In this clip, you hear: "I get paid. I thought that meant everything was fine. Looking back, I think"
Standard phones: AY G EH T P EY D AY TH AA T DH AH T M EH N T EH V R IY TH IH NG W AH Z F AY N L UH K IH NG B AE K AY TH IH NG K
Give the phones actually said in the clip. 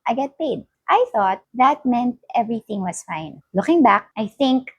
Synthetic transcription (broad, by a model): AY G EH T P EY D AY TH AA T DH AH T M EH N T EH V R IY TH IH NG W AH S F AY N L UH K IH NG B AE K AY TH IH NG K